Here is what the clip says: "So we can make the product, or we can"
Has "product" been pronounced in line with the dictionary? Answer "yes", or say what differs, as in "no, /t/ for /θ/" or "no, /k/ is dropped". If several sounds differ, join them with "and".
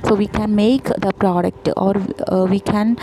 yes